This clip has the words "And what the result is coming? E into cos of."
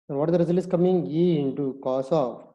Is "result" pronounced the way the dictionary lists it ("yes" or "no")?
no